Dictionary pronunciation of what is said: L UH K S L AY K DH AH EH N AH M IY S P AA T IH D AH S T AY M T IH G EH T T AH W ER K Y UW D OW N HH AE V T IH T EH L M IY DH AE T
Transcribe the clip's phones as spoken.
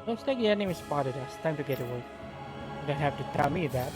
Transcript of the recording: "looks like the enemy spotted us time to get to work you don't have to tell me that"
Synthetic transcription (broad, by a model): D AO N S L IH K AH EH N AH M IY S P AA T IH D AH S T AY M T IH G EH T T AH W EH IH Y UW D OW N HH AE F T IH T EH L M IY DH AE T